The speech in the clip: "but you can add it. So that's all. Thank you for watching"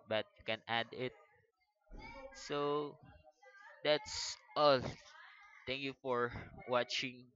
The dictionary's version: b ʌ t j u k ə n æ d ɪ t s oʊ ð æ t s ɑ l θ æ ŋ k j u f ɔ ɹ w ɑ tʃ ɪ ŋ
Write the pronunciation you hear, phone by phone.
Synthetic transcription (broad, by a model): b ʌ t j u k ə n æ d ɪ t s oʊ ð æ t s ɑ l t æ ŋ k j u f ɔ ɹ w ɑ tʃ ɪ ŋ